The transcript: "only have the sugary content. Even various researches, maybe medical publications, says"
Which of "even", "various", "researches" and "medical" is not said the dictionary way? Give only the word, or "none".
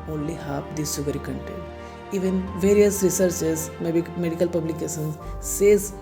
researches